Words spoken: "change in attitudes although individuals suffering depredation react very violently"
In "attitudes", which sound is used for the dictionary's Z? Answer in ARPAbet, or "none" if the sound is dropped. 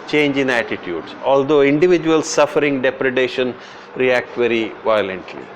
S